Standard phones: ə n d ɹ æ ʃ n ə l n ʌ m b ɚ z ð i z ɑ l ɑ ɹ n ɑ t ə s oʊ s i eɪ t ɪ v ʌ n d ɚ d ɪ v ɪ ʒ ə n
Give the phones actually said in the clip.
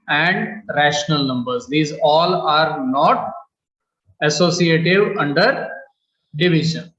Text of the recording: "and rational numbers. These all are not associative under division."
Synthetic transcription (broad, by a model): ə n d ɹ æ ʃ n ə l n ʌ m b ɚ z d i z ɑ l ɑ ɹ n ɑ t ə s oʊ s i eɪ t ɪ v ʌ n d ɚ d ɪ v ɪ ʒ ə n